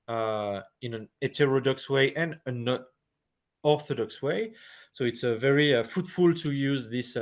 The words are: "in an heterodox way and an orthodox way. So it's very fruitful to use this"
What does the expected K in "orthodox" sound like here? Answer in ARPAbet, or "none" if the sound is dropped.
K